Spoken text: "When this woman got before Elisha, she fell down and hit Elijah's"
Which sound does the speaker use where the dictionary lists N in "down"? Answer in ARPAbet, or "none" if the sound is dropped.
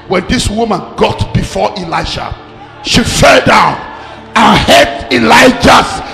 N